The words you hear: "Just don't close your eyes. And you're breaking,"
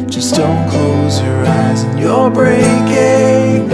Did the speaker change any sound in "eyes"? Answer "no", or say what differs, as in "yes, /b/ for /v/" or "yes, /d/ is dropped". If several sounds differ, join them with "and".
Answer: no